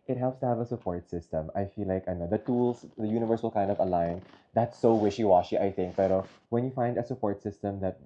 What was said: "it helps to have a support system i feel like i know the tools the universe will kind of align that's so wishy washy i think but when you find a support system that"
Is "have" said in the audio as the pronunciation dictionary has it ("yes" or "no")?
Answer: yes